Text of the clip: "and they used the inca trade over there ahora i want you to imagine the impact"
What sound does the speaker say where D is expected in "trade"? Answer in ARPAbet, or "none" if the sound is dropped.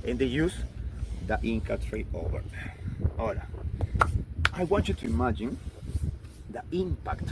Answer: none